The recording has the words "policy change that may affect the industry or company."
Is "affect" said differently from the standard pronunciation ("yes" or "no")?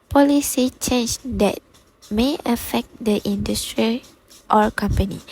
no